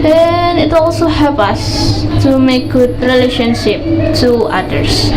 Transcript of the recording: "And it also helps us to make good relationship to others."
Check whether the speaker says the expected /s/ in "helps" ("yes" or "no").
no